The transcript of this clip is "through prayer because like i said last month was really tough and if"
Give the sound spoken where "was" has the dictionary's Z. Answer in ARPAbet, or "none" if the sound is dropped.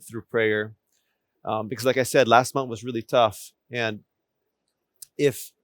Z